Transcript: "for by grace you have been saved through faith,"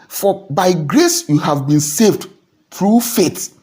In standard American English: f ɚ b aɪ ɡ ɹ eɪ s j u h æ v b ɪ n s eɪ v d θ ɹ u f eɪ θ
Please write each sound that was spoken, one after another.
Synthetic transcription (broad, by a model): f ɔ b aɪ ɡ ɹ eɪ s j u h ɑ v b ɪ n s eɪ v d t ɹ u f eɪ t